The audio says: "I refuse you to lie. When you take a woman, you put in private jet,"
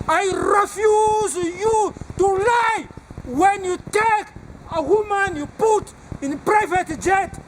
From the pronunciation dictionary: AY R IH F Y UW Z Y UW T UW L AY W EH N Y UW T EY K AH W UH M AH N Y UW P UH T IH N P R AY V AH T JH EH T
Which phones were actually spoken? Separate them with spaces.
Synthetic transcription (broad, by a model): AY R IH F Y UW Z Y UW T UW L AY W EH N Y UW T EY K AH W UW M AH N Y UW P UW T IH N P R AY V AH T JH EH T